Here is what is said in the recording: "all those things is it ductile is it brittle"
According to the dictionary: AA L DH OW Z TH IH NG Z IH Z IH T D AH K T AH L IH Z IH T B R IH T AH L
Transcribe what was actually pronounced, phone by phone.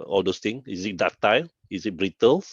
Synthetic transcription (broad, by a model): AA L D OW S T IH NG IH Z IH T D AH T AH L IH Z IH T B R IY T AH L